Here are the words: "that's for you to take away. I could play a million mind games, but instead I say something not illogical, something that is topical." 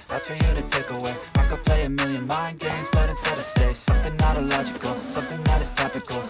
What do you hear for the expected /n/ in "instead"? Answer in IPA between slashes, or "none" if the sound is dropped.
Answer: none